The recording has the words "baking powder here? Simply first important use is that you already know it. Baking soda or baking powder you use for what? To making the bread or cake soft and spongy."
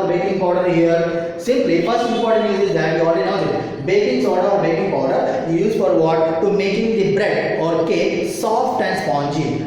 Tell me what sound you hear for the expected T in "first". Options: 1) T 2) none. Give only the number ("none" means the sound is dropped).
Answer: 2